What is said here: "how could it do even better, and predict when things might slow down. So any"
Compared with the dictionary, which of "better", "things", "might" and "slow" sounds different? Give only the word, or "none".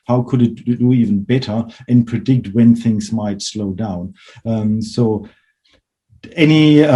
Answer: none